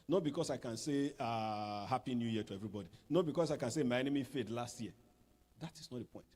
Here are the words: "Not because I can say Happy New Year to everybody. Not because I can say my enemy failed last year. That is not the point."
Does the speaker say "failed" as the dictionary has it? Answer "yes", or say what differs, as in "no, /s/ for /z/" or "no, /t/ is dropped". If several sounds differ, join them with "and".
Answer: no, /l/ is dropped